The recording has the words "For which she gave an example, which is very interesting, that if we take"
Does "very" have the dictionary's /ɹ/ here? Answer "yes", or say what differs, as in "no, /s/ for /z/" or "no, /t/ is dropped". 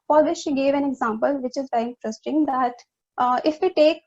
no, /ɹ/ is dropped